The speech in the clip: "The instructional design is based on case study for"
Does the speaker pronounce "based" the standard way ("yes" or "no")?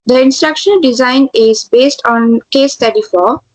yes